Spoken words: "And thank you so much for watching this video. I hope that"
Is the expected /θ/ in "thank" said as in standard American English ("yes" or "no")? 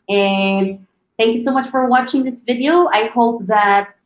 yes